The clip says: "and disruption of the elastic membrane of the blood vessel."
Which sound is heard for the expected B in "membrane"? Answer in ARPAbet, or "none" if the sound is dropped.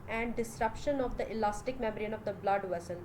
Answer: none